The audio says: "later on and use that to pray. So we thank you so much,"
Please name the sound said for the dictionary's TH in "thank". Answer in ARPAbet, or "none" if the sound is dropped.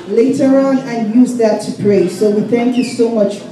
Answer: TH